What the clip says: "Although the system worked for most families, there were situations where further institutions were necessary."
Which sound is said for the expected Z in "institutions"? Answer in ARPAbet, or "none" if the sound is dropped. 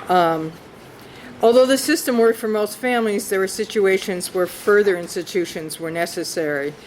Z